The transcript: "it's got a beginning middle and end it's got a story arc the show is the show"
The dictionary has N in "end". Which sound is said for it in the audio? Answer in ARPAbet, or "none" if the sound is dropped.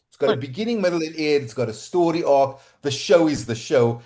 none